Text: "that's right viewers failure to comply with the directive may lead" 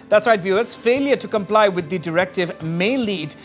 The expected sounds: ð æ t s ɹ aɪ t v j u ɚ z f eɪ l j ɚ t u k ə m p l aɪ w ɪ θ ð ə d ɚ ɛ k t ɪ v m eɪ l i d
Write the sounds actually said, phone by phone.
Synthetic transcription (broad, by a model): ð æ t s ɹ aɪ t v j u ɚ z f eɪ l j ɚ t u k ə m p l aɪ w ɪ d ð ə d ɚ ɛ k t ɪ v m eɪ l i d